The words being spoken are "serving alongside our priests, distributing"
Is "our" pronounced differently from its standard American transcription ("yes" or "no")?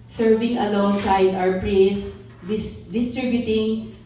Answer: yes